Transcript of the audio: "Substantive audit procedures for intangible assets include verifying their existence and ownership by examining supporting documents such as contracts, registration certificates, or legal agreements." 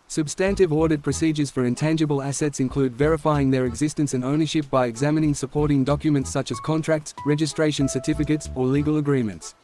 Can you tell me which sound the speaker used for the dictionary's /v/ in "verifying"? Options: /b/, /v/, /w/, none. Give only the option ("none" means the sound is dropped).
/v/